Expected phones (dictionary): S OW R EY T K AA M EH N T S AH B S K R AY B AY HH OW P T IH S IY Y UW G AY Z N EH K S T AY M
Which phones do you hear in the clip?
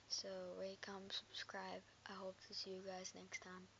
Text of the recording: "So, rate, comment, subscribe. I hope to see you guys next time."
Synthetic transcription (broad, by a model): S OW W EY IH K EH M S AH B S K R AY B AY HH OW P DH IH S IY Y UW G AY Z N EH K S T AY M